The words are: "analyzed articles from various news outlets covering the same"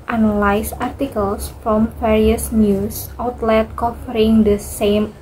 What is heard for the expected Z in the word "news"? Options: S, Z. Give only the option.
S